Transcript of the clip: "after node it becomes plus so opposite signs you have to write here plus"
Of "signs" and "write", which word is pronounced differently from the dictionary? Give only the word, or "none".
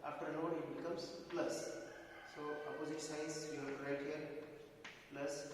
signs